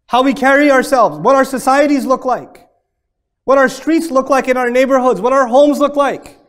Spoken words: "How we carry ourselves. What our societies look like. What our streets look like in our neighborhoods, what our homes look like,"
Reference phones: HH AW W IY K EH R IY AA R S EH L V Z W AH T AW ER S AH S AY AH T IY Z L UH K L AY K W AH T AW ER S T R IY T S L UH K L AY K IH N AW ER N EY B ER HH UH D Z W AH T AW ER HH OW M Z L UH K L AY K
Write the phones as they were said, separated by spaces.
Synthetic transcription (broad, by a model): HH AW W IY K EH R IY AA R S EH L V Z W AH T AW ER S AH S AY AH T IY Z L UH K L AY K W AH T AW ER S T R IY T S L UH K L AY K IH N AW ER N EY B ER HH UH D Z W AH T AW ER HH OW M Z L UH K L AY K